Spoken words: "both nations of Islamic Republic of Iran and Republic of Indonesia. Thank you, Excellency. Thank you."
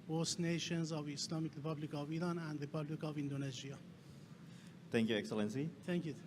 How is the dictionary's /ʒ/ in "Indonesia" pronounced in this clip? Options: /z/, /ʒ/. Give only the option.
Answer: /z/